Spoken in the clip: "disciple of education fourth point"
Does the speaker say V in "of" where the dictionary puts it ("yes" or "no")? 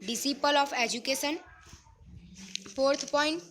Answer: no